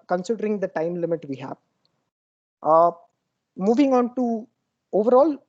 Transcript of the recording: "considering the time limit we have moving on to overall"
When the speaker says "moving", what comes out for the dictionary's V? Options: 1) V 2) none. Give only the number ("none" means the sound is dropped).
1